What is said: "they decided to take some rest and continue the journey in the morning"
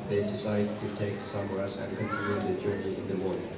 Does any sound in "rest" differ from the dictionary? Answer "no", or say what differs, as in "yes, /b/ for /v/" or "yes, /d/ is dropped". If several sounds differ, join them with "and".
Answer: yes, /w/ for /ɹ/